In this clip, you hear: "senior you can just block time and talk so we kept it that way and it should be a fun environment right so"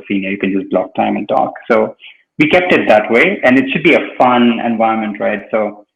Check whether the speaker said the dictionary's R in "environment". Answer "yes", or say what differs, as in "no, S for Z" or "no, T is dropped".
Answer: no, R is dropped